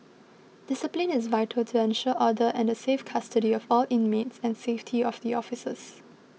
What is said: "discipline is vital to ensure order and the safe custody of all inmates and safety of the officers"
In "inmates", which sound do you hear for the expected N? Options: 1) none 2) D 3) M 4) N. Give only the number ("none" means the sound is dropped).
4